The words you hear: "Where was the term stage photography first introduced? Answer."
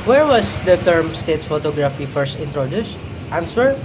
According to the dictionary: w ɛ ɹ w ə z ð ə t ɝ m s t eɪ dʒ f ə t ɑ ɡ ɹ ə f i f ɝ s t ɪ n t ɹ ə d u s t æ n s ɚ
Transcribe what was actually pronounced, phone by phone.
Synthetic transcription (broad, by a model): w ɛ ɹ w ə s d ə t ɝ m s t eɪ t f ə t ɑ ɡ ɹ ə f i f ɝ s t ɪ n t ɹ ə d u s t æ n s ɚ